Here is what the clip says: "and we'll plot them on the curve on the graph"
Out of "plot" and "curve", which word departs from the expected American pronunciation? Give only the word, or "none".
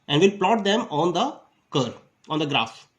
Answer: curve